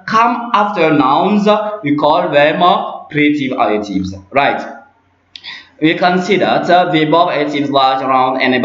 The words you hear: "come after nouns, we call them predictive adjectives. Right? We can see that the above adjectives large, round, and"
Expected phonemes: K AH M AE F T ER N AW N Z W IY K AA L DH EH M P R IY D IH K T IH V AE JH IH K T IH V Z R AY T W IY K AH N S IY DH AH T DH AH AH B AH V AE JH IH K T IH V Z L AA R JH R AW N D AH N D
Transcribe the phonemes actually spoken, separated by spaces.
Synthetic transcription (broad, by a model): K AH M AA F T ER N AW N Z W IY K AA L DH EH M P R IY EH T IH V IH T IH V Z R AY T W IY K AH N S IY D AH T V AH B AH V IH T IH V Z L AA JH R AW N D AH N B